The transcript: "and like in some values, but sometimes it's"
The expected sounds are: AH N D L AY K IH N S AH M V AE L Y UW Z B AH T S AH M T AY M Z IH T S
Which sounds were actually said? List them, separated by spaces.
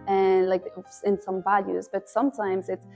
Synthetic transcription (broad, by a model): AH N L AY K IH N S AH M V AE L Y UW Z B AH T S AH M T AY M Z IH T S